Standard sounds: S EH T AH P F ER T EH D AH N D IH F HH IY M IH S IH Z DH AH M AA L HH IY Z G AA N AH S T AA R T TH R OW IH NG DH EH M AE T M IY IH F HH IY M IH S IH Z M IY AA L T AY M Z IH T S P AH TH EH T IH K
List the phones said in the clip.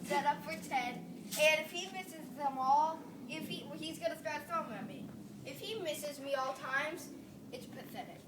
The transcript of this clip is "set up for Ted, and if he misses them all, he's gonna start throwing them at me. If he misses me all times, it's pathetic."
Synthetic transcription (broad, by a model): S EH T AH P F ER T EH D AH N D IH F HH IY M IH S IH Z DH AH M AA L HH IY Z G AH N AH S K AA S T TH OW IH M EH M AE M IY IH F HH IY M IH S IH Z M IY AA L T AY M Z IH T S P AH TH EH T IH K